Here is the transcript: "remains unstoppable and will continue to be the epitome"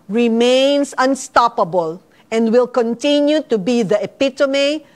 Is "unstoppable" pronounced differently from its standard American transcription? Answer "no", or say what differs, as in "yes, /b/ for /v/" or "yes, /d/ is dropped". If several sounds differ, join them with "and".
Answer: no